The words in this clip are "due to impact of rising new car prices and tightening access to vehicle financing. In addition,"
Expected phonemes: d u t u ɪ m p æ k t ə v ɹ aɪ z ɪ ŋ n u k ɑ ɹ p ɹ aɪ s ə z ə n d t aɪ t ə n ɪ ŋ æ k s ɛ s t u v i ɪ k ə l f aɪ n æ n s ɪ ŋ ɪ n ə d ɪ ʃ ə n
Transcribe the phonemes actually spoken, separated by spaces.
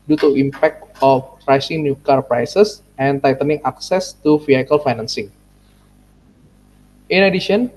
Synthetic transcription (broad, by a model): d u t u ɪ m p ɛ k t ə p ɹ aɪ s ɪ ŋ n u k ɑ ɹ p ɹ aɪ s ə s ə n t aɪ t ə n ɪ ŋ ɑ k s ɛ s t u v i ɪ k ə l f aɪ n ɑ n s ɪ ŋ ɪ n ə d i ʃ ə n